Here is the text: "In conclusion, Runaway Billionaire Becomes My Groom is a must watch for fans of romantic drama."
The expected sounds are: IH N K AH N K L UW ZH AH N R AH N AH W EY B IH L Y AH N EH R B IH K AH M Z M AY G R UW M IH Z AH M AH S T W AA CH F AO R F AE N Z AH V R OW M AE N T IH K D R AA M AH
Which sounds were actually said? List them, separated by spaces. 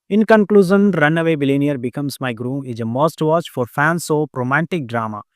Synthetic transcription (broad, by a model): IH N K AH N K L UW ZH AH N R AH N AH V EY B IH L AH N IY R B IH K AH M S M AY G R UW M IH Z AH M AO S T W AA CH F AO R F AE N S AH R OW M AE N T IH K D R AA M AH